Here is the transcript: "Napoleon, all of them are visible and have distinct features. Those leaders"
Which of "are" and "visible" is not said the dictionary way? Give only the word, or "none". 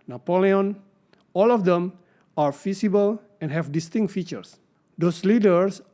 visible